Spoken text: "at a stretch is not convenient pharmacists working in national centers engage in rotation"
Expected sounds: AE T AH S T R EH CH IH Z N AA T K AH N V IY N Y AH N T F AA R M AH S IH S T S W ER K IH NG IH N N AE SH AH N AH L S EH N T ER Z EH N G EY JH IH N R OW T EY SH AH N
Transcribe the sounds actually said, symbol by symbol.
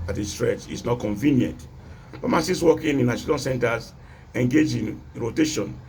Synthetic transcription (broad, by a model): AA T AH S T R EH CH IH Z N AA T K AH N V IY N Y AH N T P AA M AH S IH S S W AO K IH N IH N N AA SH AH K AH N S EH N T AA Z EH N G EY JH IH N R OW T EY SH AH N